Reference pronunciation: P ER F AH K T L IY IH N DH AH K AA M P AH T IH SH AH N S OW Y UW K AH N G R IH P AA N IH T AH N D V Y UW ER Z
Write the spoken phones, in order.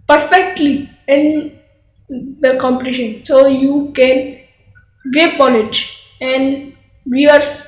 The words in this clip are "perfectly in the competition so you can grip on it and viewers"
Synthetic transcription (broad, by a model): P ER F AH K T L IY IH N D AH K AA M P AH T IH SH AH N S OW Y UW K AH N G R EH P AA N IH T AH N D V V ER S